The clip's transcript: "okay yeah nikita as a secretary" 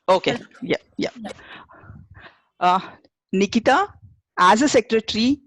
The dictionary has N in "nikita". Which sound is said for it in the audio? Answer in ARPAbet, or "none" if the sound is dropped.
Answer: N